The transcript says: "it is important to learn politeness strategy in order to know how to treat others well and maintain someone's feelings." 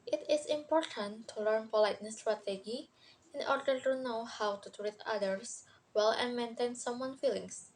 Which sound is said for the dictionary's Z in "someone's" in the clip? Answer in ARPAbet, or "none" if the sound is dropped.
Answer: none